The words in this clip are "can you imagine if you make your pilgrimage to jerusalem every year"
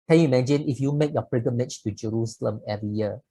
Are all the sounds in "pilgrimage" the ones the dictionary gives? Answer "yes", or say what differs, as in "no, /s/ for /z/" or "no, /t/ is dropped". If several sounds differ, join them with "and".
no, /l/ is dropped and /ɹ/ is dropped